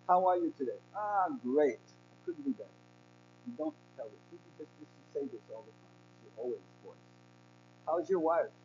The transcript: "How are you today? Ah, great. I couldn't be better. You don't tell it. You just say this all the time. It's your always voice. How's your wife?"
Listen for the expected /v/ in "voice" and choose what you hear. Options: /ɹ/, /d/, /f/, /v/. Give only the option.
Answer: /f/